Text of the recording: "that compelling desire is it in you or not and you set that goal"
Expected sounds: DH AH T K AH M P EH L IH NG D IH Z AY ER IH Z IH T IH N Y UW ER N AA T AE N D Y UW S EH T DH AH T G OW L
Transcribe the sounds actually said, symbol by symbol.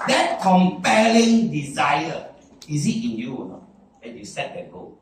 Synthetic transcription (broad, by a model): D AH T K AH M P EH L IH NG D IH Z AY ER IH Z IH T IH N Y UW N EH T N Y UW S EH T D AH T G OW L